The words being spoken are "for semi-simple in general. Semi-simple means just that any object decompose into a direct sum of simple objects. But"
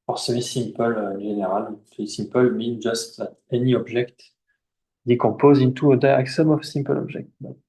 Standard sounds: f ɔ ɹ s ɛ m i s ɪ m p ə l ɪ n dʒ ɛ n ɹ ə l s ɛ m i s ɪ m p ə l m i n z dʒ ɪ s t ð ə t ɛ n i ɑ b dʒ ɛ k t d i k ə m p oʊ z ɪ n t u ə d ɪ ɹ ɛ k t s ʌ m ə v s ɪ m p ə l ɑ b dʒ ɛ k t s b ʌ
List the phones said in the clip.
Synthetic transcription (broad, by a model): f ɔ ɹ s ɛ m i s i m p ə l ɪ n ɛ ɹ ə l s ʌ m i s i m p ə l m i n dʒ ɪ s t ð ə t ɛ n i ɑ b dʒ ɛ k t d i k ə p oʊ z ɪ n t u ə d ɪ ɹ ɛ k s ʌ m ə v s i m p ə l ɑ b ʒ ɛ k t b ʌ